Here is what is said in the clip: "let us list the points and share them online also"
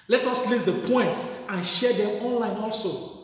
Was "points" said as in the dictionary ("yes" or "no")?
yes